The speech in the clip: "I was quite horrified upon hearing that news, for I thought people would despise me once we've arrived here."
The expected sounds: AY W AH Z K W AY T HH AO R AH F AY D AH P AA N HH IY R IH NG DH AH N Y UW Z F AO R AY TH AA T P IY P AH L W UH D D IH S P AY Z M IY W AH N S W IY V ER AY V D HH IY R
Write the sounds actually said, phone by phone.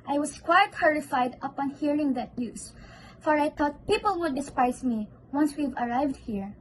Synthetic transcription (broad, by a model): AY W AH S K W AY T HH AO R AH F AY D AH P AA N HH IY R IH NG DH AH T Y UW S F AO R AY T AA T P IY P AH L W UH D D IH S P AY S M IY W AH N S W IY V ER AY V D HH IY R